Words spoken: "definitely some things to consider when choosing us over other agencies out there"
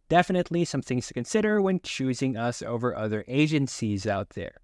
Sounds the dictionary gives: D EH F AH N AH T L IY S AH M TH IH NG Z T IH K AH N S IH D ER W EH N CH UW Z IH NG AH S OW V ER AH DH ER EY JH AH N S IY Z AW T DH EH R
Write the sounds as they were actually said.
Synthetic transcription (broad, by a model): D EH F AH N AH T L IY S AH M TH IH NG Z T IH K AH N S IH D ER W EH N CH UW Z IH NG AH S OW V ER AH DH ER EY JH AH N S IY Z AW T DH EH R